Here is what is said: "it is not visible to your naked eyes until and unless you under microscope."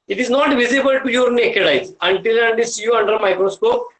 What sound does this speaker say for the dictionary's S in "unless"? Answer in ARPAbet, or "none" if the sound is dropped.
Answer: none